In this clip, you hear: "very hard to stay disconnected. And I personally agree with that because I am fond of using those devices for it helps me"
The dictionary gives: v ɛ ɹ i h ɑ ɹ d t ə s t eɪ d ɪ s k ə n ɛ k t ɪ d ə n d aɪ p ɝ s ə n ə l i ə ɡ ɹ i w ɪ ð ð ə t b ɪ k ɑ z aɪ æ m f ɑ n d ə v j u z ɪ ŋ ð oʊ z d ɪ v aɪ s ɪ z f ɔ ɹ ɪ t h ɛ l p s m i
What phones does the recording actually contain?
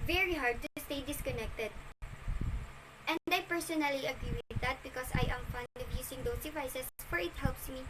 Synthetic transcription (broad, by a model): v ɛ ɹ i h ɑ ɹ d t s t eɪ d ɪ s k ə n ɛ k t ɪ d ə n d aɪ p ɝ s ə n ə l i ə ɡ ɹ i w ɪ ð ð ə t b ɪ k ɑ s aɪ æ m f ɑ n d ə v j u s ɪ ŋ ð oʊ s d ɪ v aɪ s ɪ s f ɔ ɹ ɪ t h ɛ l p s m i